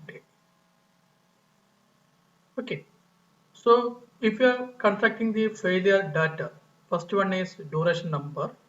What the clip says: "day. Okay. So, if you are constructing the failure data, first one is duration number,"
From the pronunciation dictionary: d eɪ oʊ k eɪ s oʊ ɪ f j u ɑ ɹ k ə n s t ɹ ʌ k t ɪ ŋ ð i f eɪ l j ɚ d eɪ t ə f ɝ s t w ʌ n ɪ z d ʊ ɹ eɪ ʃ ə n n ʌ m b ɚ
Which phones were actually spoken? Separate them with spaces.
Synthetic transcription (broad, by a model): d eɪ oʊ k eɪ s oʊ ɪ f j u ɑ ɹ k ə n t ɹ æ k t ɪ ŋ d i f eɪ l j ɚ d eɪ t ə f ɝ s t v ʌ n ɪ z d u ɹ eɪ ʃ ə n n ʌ m b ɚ